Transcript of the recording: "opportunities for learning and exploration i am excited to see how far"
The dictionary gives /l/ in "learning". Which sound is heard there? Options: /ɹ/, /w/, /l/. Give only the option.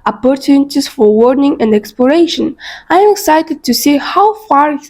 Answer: /w/